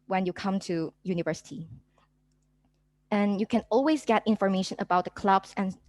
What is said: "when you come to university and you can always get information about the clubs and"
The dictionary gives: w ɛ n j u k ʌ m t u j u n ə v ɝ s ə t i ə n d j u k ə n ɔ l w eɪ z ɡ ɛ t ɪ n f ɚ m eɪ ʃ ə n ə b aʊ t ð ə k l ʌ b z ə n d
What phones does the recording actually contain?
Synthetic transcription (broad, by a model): w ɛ n j u k ʌ m t u j u n ə v ɝ s ə t i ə n j u k ə n ɔ l w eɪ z ɡ ɛ t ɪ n f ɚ m eɪ ʃ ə n ə b aʊ t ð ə k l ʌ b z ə n